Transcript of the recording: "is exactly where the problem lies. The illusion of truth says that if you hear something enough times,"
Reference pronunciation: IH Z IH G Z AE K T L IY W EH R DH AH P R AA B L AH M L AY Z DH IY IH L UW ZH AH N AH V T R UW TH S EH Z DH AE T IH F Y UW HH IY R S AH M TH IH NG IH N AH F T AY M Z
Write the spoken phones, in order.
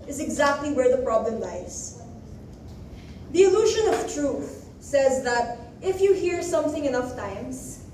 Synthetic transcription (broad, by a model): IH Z IH G Z AE K T L IY W EH R DH AH P R AA B L AH M L AY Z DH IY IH L UW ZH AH N AH V T R UW TH S EH Z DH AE T IH F Y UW HH IY R S AH M TH IH NG IH N AH F T AY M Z